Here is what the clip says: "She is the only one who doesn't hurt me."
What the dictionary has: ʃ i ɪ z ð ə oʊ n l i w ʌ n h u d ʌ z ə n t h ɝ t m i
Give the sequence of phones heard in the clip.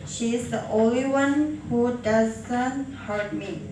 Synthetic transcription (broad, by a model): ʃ i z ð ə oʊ l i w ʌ n h u d ʌ z ə n t h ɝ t m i